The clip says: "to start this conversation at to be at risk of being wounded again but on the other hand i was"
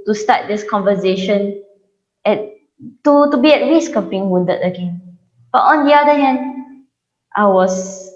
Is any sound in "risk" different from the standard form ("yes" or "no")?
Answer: yes